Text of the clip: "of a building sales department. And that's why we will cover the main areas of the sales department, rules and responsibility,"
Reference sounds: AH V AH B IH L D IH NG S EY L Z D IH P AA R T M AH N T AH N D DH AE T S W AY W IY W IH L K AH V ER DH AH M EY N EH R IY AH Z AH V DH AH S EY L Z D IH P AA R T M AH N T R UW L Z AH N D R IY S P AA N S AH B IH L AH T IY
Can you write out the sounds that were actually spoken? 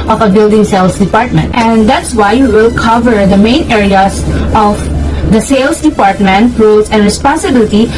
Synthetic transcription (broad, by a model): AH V AH B IH L D IH NG S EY L S D IH P AA R T M AH N T AH N D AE T S W AY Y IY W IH L K AH V ER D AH M EY N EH R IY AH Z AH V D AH S EY L S D IH P AA R T M AH N T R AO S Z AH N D R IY S P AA N S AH B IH L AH T IY